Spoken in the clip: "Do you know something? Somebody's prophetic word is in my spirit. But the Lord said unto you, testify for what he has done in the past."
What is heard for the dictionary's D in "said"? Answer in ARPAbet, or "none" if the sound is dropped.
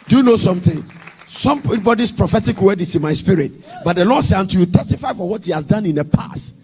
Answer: none